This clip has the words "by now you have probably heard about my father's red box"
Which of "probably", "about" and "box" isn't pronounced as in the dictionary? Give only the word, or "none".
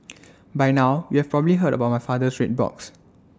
none